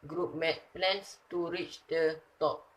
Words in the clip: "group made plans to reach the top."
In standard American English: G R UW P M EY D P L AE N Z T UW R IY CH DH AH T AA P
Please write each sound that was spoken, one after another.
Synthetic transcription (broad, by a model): G R UW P M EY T P L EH N S T UW R IY CH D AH T AA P